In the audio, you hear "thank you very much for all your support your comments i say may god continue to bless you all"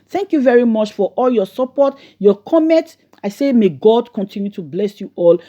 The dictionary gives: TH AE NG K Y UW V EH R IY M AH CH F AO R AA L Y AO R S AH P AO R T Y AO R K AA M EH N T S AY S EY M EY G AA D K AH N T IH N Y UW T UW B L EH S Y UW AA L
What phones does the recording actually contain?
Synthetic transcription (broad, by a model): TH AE NG K Y UW V EH R IY M AH CH F AO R AA L Y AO S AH P AO T Y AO K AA M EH N T AY S EY M EY G AA D K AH N T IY N Y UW T UW B L EH S Y UW AA L